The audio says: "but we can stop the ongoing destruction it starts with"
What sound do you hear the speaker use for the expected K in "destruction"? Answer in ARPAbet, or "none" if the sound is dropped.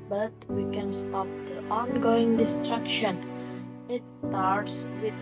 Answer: K